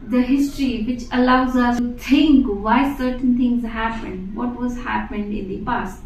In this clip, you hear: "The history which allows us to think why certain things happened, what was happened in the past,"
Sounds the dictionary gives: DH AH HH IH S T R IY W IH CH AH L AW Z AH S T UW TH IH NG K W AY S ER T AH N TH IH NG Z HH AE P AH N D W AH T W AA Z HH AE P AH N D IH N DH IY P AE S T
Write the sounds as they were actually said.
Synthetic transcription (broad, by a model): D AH HH IH S T R IY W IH CH AH L AW Z AH S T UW T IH NG K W AY S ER T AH N T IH NG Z HH AE P AH N D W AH T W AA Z HH AE P AH N D IH N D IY P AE S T